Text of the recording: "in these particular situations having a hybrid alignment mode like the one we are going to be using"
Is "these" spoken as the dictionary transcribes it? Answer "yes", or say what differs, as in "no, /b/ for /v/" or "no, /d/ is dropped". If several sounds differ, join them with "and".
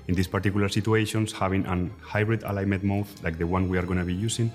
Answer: no, /s/ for /z/